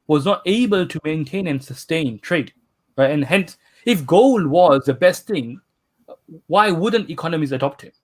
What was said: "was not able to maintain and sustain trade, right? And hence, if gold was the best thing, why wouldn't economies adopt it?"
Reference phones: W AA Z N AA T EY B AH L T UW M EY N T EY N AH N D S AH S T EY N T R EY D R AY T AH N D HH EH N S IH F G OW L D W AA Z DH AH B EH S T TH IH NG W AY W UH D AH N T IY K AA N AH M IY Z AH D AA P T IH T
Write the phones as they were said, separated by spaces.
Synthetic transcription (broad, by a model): W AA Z N AA T EY B AH L T UW M EY N T EY N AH N S AH S T EY N T R EY D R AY AH N HH EH N S IH F G OW L W AA Z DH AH B EH S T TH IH NG W AY W UH D AH N T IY K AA N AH M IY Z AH D AA P T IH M